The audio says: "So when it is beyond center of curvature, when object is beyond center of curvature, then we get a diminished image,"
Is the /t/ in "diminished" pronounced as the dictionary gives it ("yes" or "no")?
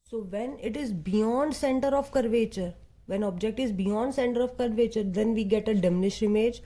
no